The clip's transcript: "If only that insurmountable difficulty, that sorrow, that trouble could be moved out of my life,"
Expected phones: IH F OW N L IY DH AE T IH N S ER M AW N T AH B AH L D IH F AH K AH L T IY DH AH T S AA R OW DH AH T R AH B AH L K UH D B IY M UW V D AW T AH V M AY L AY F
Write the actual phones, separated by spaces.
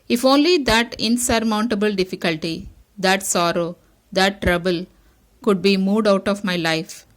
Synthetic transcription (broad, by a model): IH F OW N L IY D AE T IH N S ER M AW N T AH B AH L D IH F AH K AH L T IY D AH T S AA R OW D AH T R AH B AH L K UH D B IY M UW D AW T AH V M AY L AY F